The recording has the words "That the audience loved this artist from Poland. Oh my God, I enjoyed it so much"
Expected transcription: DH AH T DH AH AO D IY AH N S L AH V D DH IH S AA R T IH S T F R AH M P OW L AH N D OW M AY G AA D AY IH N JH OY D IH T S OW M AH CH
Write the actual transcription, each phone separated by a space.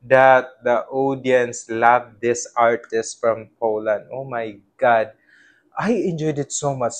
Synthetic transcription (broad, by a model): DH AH T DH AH AO D IY AH N S L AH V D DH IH S AA R T IH S T F R AH M P OW L AH N D OW M AY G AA D AY IH N JH OY D IH T S OW M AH CH